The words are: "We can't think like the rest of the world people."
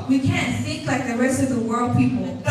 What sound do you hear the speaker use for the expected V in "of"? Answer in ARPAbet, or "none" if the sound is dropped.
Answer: V